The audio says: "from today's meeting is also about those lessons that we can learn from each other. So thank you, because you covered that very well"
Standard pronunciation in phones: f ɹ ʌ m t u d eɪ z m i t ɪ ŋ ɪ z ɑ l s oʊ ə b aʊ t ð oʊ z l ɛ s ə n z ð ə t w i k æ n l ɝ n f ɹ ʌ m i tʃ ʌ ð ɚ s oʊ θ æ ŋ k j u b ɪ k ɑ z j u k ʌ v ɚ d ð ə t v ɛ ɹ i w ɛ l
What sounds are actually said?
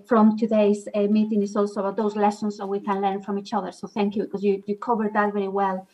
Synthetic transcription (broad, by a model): f ɹ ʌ m t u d eɪ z m i t ɪ ŋ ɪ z ɑ l s oʊ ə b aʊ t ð oʊ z l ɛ s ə n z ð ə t w i k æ n l ɝ n f ɹ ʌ m i tʃ ʌ ð ɚ s oʊ θ æ ŋ k j u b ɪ k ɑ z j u k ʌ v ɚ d ð ə t v ɛ ɹ i w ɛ l